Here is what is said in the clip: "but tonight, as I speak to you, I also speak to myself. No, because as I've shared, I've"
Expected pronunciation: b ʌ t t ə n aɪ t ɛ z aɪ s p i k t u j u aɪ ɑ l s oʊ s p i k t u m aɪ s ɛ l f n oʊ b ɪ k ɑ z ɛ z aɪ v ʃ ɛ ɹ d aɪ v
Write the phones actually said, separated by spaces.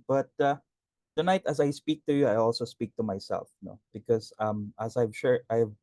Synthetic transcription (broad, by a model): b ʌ t t ə n aɪ t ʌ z aɪ s p i k t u j u aɪ ɑ l s oʊ s p i k t u m aɪ s ɛ l f n oʊ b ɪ k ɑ s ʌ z aɪ v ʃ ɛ ɹ aɪ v